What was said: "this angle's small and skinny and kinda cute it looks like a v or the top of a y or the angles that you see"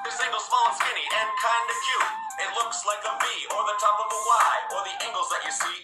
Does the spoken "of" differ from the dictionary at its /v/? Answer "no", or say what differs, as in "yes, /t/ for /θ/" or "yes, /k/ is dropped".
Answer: no